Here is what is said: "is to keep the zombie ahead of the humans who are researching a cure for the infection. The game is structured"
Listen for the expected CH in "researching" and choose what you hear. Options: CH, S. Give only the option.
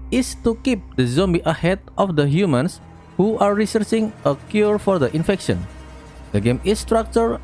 S